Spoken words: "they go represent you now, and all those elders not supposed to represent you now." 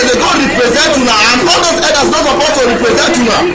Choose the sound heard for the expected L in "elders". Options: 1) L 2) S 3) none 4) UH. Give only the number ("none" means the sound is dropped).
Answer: 3